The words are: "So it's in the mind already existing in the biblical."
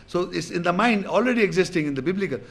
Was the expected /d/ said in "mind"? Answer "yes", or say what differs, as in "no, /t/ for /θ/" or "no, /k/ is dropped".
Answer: yes